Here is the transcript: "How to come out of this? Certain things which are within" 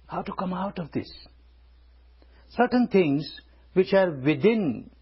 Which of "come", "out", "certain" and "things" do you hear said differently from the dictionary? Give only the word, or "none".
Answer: things